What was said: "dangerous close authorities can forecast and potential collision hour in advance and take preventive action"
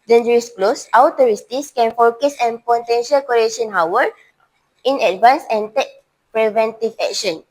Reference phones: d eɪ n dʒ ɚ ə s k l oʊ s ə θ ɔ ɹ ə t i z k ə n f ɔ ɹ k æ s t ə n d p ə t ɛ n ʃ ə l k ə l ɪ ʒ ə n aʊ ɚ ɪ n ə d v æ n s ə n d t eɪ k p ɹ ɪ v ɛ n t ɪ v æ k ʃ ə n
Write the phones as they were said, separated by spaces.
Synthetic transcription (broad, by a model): d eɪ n dʒ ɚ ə s k l oʊ s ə t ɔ ɹ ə t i s k ə n f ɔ k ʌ s ə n p ə t ɛ n ʃ ə l k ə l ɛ ʃ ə n aʊ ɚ ɪ n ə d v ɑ n s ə n t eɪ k p ɹ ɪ v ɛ n t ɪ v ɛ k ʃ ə n